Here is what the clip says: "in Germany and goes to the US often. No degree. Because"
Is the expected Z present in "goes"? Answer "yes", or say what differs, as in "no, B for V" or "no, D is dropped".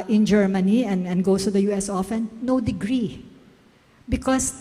no, S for Z